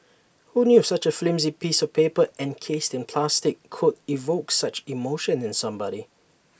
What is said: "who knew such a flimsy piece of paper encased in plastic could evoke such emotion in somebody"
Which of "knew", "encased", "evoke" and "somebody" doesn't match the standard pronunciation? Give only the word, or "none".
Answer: none